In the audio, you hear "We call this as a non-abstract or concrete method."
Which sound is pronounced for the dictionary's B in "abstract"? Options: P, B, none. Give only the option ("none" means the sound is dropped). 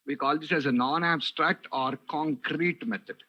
B